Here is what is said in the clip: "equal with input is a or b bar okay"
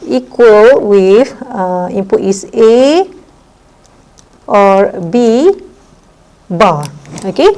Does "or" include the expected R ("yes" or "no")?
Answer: yes